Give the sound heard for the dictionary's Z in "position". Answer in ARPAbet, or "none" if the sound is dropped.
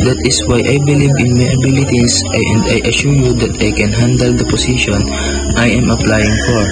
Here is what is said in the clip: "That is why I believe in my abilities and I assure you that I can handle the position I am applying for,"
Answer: S